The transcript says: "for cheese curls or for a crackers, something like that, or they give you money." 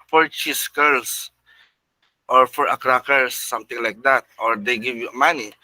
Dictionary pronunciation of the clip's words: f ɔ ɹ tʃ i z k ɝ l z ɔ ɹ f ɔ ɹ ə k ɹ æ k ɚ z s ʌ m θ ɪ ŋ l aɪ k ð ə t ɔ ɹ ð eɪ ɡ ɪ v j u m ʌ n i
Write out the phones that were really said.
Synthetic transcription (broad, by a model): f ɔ ɹ tʃ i s k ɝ l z ɔ ɹ f ɔ ɹ ə k ɹ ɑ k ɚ s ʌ m t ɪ ŋ l aɪ k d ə t ɔ ɹ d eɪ ɡ ɪ v j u m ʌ n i